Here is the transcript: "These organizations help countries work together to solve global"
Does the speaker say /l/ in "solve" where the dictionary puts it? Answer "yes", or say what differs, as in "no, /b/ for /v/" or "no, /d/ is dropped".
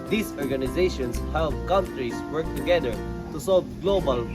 yes